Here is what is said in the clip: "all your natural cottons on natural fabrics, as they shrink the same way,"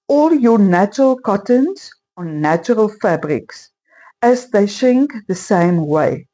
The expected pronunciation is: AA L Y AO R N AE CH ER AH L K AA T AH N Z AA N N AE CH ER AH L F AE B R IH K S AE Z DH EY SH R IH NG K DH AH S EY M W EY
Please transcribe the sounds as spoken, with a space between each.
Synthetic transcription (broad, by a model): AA L Y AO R N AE CH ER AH L K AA T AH N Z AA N N AE CH ER AH L F AE B R IH K S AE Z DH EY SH IH NG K DH AH S EY M W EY